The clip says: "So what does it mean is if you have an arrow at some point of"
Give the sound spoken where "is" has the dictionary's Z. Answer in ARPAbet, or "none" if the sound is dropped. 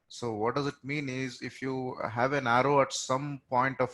Z